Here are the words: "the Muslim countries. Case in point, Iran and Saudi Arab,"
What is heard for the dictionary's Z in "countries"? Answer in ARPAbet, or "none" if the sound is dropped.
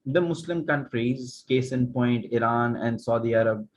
Z